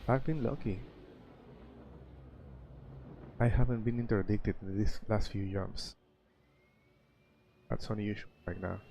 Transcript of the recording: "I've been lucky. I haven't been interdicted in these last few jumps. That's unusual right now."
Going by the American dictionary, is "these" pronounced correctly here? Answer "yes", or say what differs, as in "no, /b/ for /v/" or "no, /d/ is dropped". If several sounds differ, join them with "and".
no, /s/ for /z/